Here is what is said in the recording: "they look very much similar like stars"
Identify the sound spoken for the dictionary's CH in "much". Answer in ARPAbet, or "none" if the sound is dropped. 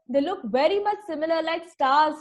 CH